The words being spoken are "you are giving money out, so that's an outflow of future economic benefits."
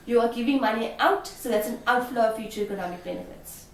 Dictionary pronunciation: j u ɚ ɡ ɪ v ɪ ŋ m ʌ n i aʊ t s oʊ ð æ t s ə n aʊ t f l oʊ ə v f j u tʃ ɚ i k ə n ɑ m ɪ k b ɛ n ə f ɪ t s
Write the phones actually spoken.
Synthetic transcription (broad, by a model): j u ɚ ɡ ɪ v ɪ ŋ m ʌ n i aʊ t s oʊ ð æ t s ə n aʊ t f l oʊ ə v f j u tʃ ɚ i k ə n ɑ m ɪ k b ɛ n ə f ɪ t s